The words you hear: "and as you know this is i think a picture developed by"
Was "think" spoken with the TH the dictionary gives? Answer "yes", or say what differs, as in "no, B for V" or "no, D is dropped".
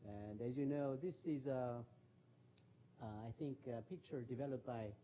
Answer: yes